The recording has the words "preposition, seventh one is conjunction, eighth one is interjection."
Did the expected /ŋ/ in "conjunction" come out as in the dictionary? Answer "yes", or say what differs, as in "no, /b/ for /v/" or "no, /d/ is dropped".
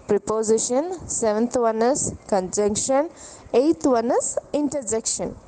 yes